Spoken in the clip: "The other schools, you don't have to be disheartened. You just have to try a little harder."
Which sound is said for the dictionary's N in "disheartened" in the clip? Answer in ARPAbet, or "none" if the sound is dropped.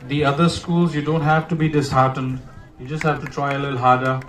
N